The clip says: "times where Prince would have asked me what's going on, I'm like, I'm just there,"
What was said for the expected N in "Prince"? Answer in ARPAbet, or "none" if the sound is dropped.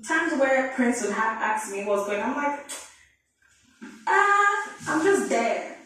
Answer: N